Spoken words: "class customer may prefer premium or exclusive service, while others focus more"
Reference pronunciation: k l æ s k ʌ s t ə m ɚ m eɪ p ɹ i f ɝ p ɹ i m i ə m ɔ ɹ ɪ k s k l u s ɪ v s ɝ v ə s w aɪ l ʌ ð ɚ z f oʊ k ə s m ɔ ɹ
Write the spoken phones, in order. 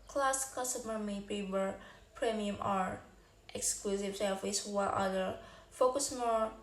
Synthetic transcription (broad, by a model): k l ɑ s k ʌ s t ə m ɚ m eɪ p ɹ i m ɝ p ɹ i m i ə m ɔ ɹ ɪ k s k l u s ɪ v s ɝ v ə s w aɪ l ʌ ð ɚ f oʊ k ə s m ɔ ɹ